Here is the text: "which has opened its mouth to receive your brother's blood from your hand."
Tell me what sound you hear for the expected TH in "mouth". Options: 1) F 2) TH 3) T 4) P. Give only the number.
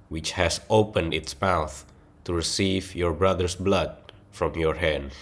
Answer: 2